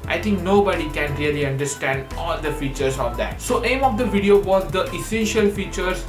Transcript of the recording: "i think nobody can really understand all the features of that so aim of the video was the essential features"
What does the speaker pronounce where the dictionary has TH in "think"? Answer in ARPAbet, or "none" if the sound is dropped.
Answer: T